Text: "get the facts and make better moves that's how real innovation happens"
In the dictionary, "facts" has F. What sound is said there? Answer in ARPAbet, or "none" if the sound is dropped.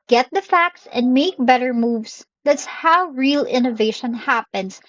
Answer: F